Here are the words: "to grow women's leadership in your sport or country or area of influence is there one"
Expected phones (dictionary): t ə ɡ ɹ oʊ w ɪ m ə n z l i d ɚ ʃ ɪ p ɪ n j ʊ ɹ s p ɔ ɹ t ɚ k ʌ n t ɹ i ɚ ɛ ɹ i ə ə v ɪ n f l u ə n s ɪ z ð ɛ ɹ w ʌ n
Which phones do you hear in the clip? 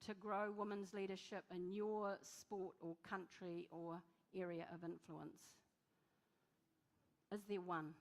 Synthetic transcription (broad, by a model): t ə ɡ ɹ oʊ w ɪ m ə n z l i d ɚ ʃ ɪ p ɪ n j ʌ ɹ s p ɔ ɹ t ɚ k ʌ n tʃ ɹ i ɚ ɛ ɹ i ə ə v ɪ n f l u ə n s ɪ z ð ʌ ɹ w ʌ n